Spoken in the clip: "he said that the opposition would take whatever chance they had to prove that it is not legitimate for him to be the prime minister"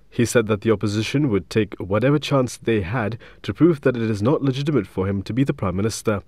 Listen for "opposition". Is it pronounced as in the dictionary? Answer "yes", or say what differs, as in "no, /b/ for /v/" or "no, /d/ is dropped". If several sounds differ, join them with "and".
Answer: yes